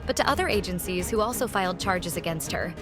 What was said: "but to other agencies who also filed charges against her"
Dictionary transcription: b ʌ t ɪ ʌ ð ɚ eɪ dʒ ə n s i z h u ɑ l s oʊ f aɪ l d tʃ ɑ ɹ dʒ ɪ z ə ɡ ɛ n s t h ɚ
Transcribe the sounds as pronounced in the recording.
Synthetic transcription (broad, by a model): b ʌ t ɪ ʌ ð ɚ eɪ dʒ ə n s i z h u ɑ l s oʊ f aɪ l d tʃ ɑ ɹ dʒ ɪ z ə ɡ ɛ n s t h ɚ